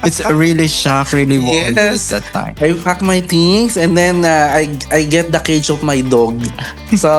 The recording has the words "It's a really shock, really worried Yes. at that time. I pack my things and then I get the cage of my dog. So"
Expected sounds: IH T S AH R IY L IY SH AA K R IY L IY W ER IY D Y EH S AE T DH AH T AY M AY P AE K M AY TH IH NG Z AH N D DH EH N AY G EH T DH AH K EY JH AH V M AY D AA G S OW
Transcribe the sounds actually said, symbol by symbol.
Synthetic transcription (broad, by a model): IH T S R IY L IY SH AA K R IY L IY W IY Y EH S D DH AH T AY M AY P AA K M AY T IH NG S AH N D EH N AY G EH T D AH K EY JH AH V M AY D AA G S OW